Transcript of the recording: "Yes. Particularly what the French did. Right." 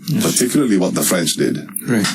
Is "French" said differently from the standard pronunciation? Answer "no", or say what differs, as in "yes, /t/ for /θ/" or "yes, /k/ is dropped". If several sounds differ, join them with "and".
no